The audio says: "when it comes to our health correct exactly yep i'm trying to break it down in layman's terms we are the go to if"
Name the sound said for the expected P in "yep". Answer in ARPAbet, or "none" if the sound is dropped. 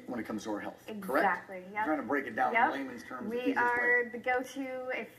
none